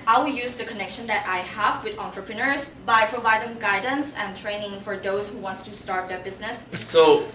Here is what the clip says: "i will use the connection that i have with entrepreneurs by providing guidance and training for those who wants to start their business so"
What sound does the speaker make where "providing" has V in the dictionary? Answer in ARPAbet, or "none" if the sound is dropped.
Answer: V